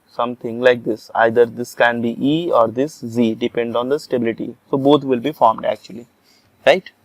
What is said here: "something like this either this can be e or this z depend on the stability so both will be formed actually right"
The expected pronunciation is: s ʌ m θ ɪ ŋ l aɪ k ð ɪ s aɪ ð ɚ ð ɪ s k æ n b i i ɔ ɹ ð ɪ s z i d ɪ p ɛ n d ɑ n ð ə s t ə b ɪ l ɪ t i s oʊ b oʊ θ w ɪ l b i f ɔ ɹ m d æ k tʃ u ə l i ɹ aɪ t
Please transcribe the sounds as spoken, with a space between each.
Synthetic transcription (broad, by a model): s ʌ m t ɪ ŋ l aɪ k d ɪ s aɪ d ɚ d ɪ s k æ n b i i ɔ ɹ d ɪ s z i d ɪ p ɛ n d ɑ n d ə s t ə b ɪ l ɪ t i s oʊ b oʊ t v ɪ l b i f ɔ ɹ m d æ k tʃ u ə l i ɹ aɪ t